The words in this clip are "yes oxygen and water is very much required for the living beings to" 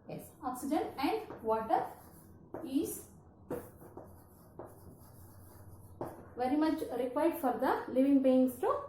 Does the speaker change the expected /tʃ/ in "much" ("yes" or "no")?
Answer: no